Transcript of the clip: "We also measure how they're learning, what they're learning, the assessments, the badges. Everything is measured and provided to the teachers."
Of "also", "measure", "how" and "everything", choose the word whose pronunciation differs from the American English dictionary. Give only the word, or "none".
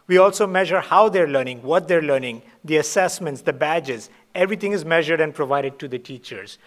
everything